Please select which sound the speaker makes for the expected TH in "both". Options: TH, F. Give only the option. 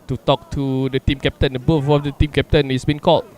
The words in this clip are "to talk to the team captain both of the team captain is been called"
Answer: F